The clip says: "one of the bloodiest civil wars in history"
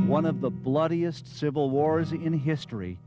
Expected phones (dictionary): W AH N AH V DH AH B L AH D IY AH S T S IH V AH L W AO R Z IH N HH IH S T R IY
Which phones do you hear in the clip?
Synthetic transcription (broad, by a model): W AH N AH V DH AH B L AH D IY AH S T S IH V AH L W AO R Z IH N HH IH S T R IY